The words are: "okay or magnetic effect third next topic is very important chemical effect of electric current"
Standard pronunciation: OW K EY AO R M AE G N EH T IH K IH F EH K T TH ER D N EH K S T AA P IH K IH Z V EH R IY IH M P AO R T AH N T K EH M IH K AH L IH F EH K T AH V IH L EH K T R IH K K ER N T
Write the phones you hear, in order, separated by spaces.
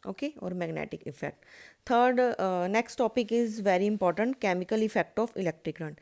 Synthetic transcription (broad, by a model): OW K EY AO R M AE G N EH T IH K IH F EH K T T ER D N EH K S T AA P IH K IH Z V EH R IY IH M P AO R T AH N T K EH M IH K AH L IH F EH K T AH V IH L EH K T R IH K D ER N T